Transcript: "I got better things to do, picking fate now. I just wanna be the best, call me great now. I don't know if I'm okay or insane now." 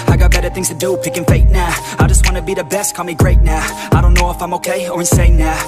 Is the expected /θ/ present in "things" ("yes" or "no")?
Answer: yes